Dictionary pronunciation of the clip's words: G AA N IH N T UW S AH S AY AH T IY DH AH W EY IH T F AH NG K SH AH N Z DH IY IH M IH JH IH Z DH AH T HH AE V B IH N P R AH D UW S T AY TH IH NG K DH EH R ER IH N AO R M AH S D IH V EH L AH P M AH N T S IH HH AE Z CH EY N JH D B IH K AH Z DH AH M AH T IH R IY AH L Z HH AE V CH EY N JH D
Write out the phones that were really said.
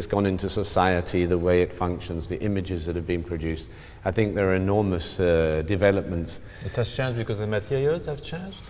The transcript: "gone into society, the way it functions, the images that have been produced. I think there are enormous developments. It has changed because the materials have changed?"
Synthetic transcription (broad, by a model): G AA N IH N T UW S AH S AY AH T IY DH AH W EY IH T F AH NG K SH AH N Z DH IY IH M IH JH IH Z DH AH T HH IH V B IH N P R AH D UW S T AY TH IH NG K DH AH R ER IH N AO R M AH S D IH V EH L AH P M AH N T S IH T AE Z CH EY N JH B IH K AH Z DH AH M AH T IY IY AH Z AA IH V CH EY N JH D